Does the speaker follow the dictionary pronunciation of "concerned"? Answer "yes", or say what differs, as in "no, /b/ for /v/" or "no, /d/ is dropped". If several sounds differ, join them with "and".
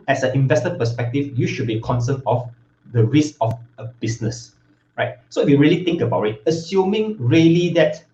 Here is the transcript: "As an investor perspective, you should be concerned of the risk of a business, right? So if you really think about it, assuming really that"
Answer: no, /d/ is dropped